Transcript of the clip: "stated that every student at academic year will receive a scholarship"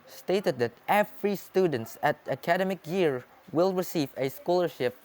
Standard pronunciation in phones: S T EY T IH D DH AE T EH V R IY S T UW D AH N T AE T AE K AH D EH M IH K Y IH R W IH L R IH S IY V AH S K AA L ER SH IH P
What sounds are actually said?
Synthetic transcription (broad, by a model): S T EY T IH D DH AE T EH F R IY S T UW D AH N T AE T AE K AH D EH M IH K Y IH R W IH L R IH S IY V AH S K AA L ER SH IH P